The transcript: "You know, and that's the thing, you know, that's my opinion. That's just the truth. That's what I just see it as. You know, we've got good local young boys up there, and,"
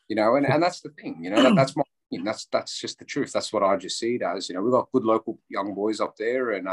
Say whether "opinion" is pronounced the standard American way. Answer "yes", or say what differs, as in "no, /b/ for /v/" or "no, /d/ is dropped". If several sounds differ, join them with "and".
no, /p/ is dropped